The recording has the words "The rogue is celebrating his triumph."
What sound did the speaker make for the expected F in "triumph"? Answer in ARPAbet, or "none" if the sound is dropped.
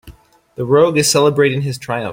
none